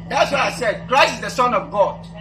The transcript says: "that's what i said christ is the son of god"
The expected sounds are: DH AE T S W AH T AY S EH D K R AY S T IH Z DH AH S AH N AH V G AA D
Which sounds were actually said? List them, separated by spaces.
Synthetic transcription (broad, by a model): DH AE T S W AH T AY S EH D K R AY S IH Z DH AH S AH N AH V G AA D